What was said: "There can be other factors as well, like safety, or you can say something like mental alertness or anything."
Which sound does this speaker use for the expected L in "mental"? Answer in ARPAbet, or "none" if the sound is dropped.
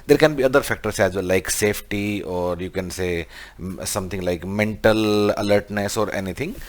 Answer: L